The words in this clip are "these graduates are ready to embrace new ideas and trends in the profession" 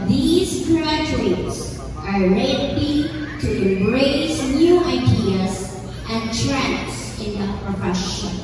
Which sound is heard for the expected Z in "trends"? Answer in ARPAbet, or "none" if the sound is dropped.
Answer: S